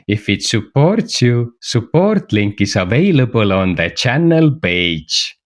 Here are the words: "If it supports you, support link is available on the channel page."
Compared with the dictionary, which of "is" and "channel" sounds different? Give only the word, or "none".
is